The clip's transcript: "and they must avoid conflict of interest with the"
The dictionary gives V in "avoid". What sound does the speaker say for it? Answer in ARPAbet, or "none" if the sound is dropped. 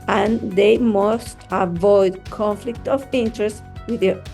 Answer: V